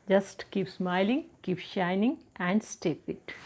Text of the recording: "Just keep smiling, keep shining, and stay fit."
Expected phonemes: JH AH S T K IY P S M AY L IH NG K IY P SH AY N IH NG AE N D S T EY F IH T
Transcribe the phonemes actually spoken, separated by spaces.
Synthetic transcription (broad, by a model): JH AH S T K IY P S M AY L IH NG K IY P SH AY N IH NG AE N D S T EY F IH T